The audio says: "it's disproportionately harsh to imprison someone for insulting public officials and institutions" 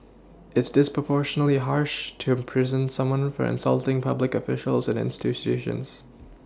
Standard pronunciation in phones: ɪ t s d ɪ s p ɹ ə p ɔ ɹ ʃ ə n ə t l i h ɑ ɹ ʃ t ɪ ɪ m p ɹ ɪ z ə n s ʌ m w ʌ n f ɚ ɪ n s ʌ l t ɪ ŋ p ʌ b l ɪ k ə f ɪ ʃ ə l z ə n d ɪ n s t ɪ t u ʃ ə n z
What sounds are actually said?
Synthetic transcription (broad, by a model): ɪ t s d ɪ s p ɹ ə p ɔ ɹ ʃ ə n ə l i h ɑ ɹ ʃ t ɪ ɪ m p ɹ ɪ z ə n s ʌ m w ʌ n f ɚ ɪ n s ʌ l t ɪ ŋ p ʌ b l ɪ k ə f ɪ ʃ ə l z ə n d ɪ n s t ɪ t u ʃ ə n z